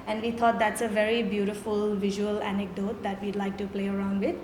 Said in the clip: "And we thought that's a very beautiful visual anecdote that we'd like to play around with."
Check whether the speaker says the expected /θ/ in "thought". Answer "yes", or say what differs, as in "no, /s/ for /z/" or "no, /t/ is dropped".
no, /t/ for /θ/